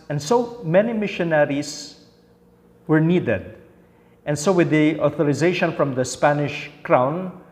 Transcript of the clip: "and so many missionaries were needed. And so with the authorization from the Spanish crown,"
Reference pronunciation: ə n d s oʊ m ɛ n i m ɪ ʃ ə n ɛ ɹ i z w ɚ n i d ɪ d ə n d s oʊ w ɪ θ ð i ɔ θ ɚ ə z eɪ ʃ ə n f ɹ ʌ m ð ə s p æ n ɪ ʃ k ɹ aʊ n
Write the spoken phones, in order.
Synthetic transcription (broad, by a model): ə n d s oʊ m ɛ n i m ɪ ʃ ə n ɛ ɹ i s w ɚ n i d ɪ d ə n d s oʊ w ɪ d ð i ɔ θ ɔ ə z eɪ ʃ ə n f ɹ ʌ m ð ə s p æ n ɪ ʃ k ɹ aʊ n